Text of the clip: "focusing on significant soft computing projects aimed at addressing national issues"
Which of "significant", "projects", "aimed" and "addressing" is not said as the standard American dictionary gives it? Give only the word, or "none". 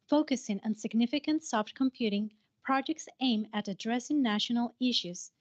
aimed